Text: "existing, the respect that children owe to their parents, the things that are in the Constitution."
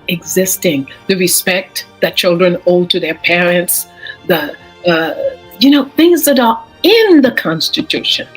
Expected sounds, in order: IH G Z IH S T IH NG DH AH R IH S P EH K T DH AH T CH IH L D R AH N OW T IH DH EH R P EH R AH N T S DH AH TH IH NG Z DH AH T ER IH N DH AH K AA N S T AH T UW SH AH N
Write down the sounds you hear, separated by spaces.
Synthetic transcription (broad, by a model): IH G Z IH S T IH NG DH AH R IH S P EH K T DH AH T CH IH L D R AH N OW T IH DH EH R P EH R AH N T S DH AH TH IH NG Z DH AH T ER IH N DH AH K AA N S T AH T UW SH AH N